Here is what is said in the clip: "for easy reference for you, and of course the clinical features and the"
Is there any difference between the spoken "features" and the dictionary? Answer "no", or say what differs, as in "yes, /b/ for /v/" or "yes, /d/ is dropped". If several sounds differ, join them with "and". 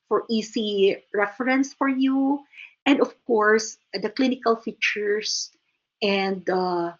yes, /s/ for /z/